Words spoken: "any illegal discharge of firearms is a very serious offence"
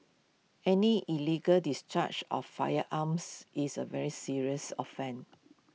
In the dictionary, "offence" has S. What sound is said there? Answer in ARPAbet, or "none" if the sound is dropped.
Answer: none